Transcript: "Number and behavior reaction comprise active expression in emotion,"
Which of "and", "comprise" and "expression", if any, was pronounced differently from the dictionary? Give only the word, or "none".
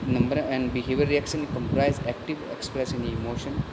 expression